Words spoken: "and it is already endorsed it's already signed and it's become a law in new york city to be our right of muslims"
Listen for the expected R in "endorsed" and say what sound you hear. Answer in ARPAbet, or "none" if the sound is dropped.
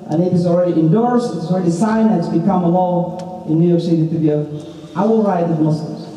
R